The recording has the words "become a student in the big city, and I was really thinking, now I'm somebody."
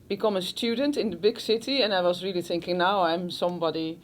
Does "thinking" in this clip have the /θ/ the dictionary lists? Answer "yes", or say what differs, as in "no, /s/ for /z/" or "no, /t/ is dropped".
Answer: yes